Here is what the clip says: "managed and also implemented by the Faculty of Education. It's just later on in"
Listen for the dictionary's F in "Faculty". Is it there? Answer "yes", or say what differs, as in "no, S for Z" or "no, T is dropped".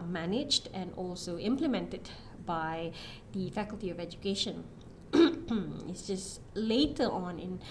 yes